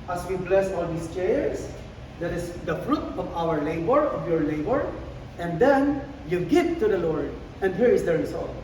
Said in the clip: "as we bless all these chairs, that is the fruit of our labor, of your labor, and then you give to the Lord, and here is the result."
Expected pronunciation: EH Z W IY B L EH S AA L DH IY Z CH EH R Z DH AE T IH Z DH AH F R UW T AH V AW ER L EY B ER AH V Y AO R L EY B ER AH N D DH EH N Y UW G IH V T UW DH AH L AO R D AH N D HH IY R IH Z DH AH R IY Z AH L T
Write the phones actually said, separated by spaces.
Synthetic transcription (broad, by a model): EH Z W IY B L EH S AA L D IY S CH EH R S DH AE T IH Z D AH F R UW T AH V AW ER L EY B ER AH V Y AO R L EY B ER AH N D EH N Y UW G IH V T UW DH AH L AO R D AH N D HH IY R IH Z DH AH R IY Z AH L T